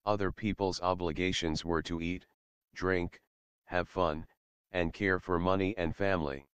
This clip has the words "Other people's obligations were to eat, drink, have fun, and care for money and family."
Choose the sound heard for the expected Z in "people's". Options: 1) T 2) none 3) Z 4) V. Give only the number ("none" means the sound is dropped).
3